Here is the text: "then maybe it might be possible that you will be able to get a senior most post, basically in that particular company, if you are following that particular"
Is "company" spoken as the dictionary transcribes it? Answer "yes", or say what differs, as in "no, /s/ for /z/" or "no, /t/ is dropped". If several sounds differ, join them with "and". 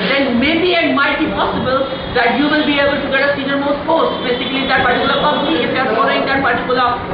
no, /m/ is dropped